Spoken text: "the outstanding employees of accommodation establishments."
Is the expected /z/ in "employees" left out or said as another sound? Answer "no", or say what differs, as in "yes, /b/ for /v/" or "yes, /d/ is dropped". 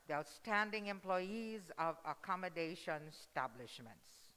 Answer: no